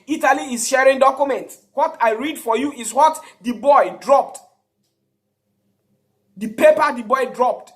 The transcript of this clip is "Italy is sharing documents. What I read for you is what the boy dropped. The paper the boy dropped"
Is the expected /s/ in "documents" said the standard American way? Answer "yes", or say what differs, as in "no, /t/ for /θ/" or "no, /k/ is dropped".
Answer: no, /s/ is dropped